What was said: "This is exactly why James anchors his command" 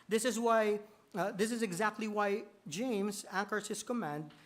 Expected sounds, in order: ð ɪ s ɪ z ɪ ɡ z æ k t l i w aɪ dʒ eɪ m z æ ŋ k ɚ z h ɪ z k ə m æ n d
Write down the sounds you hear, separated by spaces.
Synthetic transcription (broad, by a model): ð ɪ s ɪ z ɪ ɡ z æ k t l i w aɪ dʒ eɪ m z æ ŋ k ɚ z h ɪ z k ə m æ n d